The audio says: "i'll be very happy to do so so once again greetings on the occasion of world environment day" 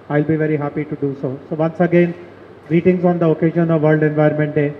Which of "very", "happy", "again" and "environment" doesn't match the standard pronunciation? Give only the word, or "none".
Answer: environment